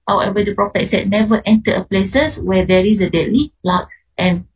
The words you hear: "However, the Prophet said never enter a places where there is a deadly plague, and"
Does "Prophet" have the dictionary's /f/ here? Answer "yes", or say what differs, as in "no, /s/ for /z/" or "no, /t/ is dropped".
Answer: yes